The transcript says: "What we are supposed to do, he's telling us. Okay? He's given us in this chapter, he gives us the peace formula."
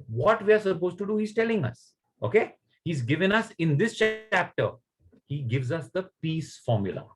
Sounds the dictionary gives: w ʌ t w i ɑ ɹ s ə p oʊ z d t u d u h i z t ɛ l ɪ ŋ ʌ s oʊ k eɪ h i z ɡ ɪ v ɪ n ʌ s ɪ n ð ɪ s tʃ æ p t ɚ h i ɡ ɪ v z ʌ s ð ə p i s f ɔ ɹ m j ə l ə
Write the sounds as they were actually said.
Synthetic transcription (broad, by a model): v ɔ t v i ɑ ɹ s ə p oʊ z t u d u h i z t ɛ l ɪ ŋ ʌ s oʊ k eɪ h i z ɡ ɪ v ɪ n ʌ s ɪ n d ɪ s tʃ æ p t ɚ h i ɡ ɪ v z ʌ s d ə p i s f ɔ ɹ m j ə l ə